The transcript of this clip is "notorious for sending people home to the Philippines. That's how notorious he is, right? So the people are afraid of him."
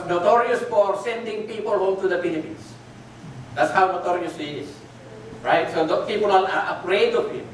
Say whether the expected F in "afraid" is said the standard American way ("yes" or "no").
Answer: no